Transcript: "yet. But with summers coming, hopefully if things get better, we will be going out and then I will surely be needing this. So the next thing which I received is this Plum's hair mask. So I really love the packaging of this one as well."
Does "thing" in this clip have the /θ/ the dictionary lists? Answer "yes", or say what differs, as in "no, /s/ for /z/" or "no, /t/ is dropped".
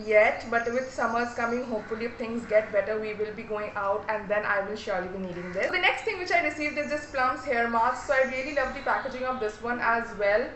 no, /t/ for /θ/